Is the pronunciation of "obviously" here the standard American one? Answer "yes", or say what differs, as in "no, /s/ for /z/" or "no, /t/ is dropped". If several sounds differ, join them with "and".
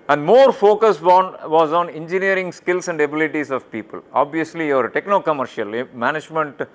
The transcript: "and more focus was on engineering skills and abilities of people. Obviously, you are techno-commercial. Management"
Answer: yes